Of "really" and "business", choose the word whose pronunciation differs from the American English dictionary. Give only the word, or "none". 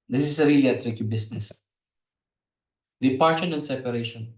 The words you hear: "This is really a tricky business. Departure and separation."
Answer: business